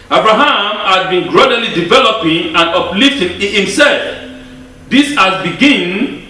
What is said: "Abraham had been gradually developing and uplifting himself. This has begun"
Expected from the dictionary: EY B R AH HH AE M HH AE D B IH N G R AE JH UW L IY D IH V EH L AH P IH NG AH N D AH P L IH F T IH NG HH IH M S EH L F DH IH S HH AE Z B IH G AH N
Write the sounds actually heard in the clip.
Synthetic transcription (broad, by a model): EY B R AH HH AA M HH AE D B IH N G R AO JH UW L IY D IH V EH L AH P IH NG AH N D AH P L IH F T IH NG HH IH M S EH L F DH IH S HH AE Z B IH G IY N